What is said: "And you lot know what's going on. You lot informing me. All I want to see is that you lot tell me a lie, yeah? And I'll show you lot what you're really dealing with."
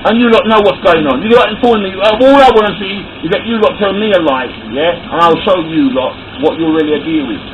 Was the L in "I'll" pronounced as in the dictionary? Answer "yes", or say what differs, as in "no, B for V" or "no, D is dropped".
yes